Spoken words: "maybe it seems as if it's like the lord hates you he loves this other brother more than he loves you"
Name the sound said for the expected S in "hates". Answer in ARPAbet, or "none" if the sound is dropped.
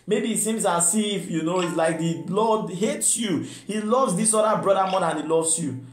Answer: S